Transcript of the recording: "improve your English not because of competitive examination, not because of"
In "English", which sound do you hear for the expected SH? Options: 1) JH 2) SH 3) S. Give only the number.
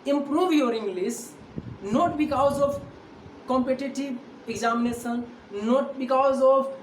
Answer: 3